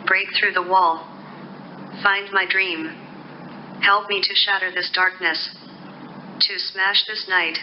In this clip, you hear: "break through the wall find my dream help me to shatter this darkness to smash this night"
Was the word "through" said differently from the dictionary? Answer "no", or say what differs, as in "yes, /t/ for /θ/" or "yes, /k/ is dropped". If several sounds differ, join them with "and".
no